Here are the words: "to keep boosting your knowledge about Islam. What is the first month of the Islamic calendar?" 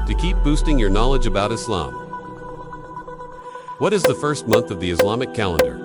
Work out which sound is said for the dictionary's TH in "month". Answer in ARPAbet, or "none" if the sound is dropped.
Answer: TH